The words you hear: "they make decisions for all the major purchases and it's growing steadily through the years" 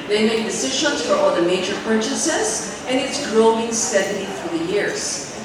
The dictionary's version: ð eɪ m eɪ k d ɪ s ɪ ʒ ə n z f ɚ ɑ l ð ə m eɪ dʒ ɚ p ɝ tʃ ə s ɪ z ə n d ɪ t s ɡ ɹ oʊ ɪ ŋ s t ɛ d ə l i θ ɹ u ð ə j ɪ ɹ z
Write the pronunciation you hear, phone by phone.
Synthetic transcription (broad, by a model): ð eɪ m eɪ k d ɪ s ɪ ʒ ə n z f ɚ ɑ l ð ə m eɪ dʒ ɚ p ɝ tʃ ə s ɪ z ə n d ɪ t s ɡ ɹ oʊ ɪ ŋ s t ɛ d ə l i f ɹ ð ə j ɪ ɹ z